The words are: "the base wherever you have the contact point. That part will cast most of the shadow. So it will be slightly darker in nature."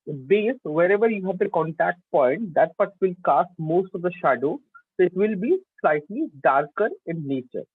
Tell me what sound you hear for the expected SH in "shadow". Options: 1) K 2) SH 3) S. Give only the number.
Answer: 2